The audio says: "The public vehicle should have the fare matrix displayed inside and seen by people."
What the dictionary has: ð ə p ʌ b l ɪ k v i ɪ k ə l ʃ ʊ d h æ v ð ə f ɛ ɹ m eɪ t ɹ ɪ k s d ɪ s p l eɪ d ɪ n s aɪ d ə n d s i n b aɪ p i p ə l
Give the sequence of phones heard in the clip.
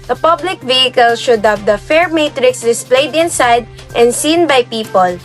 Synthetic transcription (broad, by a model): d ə p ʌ b l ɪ k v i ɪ k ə l ʃ ʊ d h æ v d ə f ɛ ɹ m eɪ t ɹ ɪ k s d ɪ s p l eɪ d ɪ n s aɪ d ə n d s i n b aɪ p i p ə l